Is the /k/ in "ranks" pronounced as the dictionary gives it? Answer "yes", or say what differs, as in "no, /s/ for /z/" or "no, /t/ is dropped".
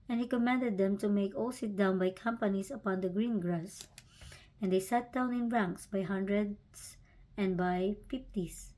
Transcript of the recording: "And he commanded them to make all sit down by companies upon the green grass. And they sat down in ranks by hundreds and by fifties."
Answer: yes